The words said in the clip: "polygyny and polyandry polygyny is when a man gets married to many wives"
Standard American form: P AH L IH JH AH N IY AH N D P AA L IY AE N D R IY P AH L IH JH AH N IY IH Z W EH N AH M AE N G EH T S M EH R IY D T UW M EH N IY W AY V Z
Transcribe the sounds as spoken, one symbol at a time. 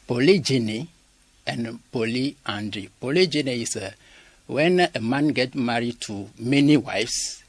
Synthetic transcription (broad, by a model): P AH L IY JH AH N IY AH N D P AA L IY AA N D R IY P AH L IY JH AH N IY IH S W EH N AH M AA N G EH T M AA R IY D T UW M EH N IY W AY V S